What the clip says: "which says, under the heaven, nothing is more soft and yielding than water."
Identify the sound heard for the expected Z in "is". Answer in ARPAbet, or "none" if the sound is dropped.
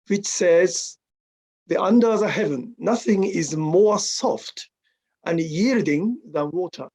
Z